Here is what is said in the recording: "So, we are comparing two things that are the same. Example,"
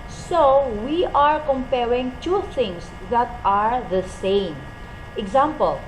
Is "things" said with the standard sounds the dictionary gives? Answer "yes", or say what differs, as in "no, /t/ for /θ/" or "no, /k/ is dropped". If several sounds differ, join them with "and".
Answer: no, /t/ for /θ/